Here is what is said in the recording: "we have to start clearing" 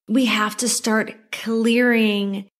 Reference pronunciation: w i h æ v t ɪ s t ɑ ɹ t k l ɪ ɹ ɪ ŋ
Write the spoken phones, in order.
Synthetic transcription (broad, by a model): w i h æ f t ɪ s t ɑ ɹ t k l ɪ ɹ ɪ ŋ